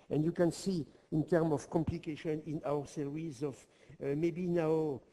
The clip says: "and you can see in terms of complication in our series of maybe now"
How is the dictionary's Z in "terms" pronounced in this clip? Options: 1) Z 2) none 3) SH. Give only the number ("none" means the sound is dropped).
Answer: 2